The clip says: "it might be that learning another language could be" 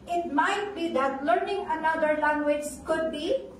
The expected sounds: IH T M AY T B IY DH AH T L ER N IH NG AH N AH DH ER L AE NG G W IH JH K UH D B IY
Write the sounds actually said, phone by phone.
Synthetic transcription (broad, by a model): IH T M AY T B IY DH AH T L ER N IH NG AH N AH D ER L AE NG G W IH JH K UH D B IY